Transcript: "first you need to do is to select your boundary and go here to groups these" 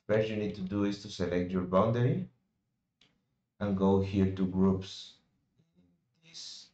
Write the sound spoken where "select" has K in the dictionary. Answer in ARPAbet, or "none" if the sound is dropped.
K